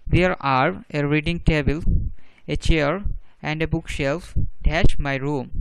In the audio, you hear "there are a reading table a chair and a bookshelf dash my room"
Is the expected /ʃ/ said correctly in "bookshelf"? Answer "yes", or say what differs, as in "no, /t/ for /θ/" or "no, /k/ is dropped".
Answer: yes